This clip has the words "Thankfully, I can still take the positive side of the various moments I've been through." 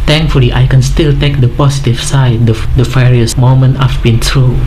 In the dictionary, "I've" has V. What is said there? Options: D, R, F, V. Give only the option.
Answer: F